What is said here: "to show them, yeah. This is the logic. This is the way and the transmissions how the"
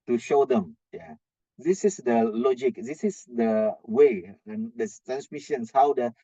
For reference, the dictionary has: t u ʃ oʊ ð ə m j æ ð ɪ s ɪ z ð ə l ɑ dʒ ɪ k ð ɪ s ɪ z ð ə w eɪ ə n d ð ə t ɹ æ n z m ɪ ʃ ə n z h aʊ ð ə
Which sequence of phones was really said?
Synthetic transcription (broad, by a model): t u ʃ oʊ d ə m j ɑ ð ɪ s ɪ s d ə l ɑ dʒ ɪ k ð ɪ s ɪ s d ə w eɪ ə n d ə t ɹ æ n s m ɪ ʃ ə n s h aʊ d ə